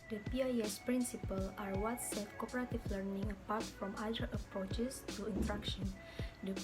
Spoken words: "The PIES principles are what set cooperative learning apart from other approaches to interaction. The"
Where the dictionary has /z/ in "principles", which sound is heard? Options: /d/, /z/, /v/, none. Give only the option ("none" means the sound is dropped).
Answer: none